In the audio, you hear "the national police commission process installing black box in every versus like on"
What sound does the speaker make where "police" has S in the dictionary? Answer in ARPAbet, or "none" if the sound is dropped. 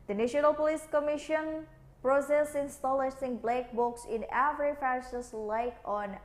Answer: S